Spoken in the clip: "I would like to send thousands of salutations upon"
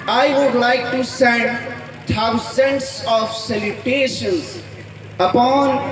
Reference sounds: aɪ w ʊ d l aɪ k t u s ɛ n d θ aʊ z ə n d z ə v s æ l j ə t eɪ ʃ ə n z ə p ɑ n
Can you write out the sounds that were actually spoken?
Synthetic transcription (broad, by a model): aɪ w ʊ d l aɪ k t u s ɛ n d t aʊ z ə n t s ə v s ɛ l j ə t eɪ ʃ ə n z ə p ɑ n